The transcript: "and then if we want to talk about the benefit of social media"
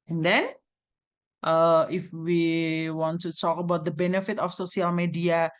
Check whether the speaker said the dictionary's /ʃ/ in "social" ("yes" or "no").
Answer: no